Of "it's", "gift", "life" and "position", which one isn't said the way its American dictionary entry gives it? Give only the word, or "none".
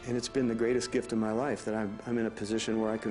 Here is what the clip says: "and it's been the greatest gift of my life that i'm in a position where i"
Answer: none